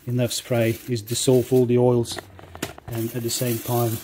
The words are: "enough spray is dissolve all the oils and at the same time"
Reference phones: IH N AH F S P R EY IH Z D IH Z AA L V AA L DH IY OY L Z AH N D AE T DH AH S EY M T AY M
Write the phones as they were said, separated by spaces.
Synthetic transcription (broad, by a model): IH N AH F S P R EY IH Z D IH S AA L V AA L DH IY OY L Z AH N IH T DH AH S EY M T AY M